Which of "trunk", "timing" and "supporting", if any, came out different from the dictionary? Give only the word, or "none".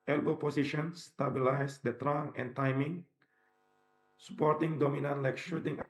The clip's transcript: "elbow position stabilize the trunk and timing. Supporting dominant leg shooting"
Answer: trunk